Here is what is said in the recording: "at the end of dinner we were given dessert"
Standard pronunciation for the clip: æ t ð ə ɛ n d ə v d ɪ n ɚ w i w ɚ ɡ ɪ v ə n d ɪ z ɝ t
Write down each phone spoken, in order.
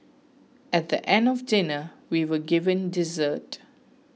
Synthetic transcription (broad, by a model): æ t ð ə ɛ n d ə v d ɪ n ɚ w i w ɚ ɡ ɪ v ə n d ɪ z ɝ t